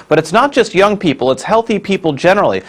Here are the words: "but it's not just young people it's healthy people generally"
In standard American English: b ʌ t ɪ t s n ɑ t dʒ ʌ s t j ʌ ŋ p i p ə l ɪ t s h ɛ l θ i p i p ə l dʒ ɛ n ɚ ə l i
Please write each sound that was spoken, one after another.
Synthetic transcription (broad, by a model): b ʌ t ɪ t s n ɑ t dʒ ʌ s t j ʌ ŋ p i p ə l ɪ t s h ɛ l θ i p i p l dʒ ɛ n ɚ l i